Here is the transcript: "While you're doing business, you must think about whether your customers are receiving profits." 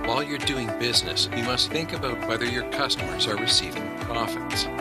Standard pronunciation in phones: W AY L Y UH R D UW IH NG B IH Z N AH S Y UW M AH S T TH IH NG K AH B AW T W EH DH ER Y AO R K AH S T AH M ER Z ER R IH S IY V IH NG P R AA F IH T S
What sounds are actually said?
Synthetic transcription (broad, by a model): W AY L Y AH R D UW IH NG B IH Z N AH S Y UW M AH S T TH IH NG K AH B AW T W EH DH ER Y AO R K AH S T AH M ER Z ER R IH S IY V IH NG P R AA F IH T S